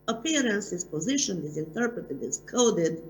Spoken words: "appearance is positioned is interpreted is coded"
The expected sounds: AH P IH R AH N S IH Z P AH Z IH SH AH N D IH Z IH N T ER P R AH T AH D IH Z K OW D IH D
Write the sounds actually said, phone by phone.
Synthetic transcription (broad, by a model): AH P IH R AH N S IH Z P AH Z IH SH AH N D IH Z IH N T ER P R AH T AH D IH Z K OW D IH D